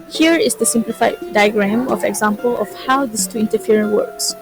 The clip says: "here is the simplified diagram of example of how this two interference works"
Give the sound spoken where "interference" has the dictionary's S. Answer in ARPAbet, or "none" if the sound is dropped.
none